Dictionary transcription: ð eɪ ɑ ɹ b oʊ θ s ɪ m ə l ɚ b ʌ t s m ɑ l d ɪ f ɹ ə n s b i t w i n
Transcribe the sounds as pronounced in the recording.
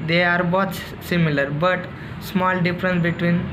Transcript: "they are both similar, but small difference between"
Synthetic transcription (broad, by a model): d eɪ ɑ ɹ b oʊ s s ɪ m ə l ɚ b ʌ t s m ɑ l d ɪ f ɹ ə n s b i t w i n